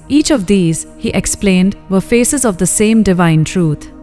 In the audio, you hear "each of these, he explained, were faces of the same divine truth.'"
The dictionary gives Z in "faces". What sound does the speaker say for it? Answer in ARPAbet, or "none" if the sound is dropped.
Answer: Z